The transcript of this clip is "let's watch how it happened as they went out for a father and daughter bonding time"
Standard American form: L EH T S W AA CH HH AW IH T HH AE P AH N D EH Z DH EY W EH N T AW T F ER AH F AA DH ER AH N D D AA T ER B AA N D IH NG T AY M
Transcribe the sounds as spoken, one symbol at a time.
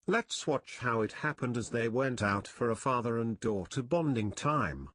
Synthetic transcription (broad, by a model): L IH T S W AA CH HH AW IH T HH AE P AH N D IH Z DH EY W EH N T AW T F ER AH F AA DH ER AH N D D AA T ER B AA N D IH NG T AY M